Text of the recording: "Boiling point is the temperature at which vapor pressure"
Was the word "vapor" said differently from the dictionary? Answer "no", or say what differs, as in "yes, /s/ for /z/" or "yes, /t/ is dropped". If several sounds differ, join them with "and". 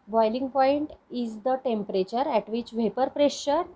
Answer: no